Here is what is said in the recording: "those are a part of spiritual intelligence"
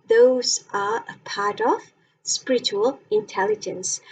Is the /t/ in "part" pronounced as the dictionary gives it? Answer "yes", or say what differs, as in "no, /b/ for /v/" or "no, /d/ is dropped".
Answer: yes